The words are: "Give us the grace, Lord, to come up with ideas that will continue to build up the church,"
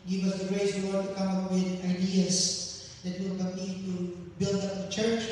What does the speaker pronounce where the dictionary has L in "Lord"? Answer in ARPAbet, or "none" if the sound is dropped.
W